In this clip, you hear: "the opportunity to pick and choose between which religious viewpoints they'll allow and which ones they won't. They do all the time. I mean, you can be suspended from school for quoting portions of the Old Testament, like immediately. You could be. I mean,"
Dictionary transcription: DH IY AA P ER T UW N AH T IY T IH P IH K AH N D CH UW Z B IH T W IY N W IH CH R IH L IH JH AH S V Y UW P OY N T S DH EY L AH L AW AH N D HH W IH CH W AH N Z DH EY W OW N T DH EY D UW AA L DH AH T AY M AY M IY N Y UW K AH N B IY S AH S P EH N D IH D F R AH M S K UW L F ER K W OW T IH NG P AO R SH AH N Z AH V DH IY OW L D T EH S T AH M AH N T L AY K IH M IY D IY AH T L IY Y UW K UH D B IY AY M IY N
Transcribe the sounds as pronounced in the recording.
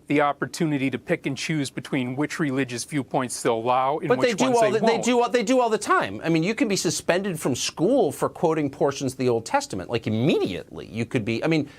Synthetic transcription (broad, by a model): DH IY AA P ER T UW N AH T IY T IH P IH K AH N CH UW Z B IH T W IY N W IH CH R IH L IH JH AH S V Y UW P OY N T S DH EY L AH L AW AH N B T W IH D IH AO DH DH EY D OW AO DH EY D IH AA L DH AH T AY M AY M IY N Y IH K AH N B IY S AH S P EH N D IH D F R AH M S K UW L F ER K W OW T IH NG P AO R SH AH N Z AH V DH IY OW L D T EH S T AH M AH N T L AY K IH M IY D IY AH T L IY Y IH K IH D B IY AY M IY N